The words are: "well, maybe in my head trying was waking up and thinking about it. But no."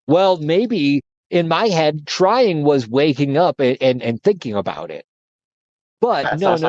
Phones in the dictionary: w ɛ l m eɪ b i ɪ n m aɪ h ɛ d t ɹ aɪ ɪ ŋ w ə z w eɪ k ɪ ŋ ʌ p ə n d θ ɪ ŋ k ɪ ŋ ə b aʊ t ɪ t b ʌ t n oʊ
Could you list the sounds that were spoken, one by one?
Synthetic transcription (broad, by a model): w ɛ l m eɪ b i ɪ n m aɪ h ɛ d t ɹ aɪ ɪ ŋ w ə z w eɪ k ɪ ŋ ʌ p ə n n θ ɪ ŋ k ɪ ŋ ə b aʊ t ɪ t b ʌ t n oʊ